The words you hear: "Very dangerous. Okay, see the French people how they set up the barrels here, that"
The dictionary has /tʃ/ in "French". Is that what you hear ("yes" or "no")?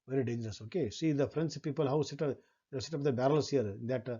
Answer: no